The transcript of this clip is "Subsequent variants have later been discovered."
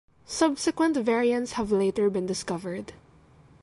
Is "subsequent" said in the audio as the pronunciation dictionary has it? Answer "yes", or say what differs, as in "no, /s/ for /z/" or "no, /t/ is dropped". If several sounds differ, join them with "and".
yes